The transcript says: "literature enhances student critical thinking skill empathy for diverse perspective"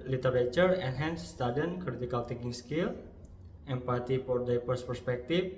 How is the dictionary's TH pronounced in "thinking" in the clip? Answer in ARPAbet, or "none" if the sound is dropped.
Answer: T